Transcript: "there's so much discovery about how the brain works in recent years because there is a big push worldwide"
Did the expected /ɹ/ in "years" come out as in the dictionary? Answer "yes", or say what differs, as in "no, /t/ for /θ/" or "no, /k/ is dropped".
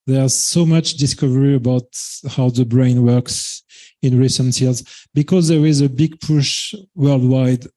no, /l/ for /ɹ/